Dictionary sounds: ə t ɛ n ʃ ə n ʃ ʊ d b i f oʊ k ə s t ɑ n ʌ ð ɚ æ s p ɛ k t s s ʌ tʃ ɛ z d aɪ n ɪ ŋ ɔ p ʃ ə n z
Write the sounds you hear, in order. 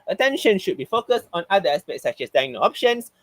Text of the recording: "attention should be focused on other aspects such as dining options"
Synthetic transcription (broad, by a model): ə t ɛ n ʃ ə n ʃ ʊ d b i f oʊ k ə s t ɑ n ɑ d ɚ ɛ s p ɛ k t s s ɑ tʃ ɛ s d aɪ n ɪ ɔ p ʃ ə n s